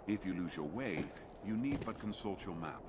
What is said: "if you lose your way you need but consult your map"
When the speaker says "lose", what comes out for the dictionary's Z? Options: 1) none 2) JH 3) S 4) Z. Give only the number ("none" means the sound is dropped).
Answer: 4